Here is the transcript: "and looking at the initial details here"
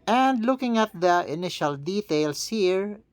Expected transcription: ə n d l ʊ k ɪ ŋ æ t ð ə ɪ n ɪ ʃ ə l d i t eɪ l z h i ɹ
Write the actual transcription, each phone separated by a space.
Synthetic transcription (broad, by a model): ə n d l ʊ k ɪ ŋ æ t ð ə ɪ n ɪ ʃ ə l d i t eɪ l s h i ɹ